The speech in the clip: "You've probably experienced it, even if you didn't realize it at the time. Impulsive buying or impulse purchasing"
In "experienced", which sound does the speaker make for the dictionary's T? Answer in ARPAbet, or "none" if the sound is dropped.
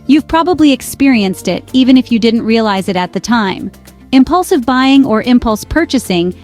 T